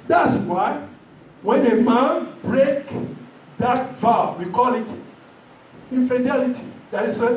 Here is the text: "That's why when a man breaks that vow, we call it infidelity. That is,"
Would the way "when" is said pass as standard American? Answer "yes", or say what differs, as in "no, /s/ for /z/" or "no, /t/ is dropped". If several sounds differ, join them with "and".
yes